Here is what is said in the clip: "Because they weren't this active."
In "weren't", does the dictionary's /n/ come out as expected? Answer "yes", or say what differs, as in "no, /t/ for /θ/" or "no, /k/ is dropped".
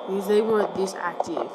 no, /n/ is dropped